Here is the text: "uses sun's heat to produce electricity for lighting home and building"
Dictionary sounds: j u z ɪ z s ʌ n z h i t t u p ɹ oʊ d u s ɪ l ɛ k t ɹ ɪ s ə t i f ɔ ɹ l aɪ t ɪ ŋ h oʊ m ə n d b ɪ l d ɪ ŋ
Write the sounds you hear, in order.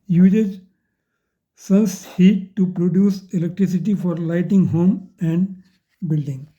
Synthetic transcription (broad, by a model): j u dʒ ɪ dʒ s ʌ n s h i t t u p ɹ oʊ d u s ɪ l ɛ k t ɹ ɪ s ə t i f ɔ ɹ l aɪ t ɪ ŋ h oʊ m ə n d b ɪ l d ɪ ŋ